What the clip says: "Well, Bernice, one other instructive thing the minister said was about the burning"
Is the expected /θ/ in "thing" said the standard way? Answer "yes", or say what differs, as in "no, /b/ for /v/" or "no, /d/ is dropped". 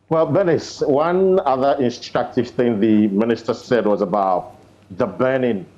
yes